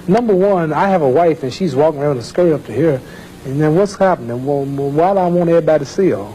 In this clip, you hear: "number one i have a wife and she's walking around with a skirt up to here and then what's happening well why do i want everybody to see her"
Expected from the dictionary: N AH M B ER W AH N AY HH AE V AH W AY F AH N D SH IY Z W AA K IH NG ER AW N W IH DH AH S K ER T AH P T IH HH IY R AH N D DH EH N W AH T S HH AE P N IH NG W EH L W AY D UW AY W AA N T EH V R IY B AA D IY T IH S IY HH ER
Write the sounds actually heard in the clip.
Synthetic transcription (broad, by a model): N AH M B ER W AH N AY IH V AH W AY F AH N SH IY Z W AA K IH NG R AW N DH AH S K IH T AH P T IH HH IY R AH N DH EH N W AH T S HH AE P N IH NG W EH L W AY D AY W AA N EH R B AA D T IH S IY